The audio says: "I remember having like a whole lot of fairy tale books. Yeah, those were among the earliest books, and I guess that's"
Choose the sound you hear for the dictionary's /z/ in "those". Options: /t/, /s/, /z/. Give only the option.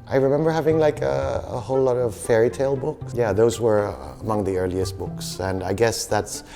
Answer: /z/